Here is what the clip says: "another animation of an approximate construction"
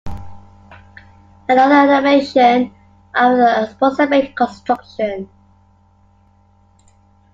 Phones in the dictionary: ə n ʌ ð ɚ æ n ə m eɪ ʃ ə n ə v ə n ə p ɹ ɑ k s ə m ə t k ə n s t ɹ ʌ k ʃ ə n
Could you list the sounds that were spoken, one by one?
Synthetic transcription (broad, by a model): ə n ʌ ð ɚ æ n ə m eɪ ʃ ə n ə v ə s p ɑ s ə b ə k ə n s t ɹ ʌ k ʃ ə n